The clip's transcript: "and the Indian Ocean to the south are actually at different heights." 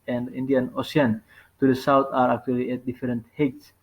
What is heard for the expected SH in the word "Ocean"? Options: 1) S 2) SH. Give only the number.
1